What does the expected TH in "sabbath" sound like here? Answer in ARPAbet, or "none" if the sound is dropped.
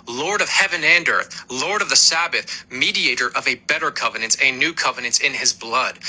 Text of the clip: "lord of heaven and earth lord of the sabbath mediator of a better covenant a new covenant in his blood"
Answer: TH